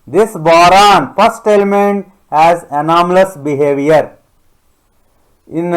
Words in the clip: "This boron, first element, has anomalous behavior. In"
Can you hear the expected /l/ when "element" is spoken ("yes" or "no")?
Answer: yes